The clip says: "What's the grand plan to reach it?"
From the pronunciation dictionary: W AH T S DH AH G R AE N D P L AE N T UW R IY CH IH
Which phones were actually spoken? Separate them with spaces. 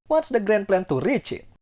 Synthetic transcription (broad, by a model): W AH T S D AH G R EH N P L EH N T UW R IY CH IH